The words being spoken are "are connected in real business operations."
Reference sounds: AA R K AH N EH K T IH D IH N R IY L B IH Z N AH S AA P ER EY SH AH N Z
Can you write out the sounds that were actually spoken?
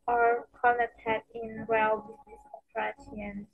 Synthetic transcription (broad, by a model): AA R K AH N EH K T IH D IH N W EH L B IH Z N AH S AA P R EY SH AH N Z